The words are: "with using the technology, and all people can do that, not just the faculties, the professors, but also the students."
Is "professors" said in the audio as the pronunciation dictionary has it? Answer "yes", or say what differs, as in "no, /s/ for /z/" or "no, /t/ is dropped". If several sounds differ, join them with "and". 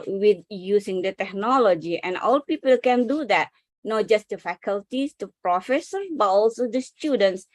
no, /z/ is dropped